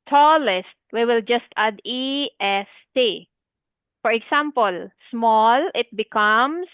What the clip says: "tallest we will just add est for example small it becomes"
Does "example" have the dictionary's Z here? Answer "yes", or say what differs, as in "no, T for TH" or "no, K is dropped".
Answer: no, S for Z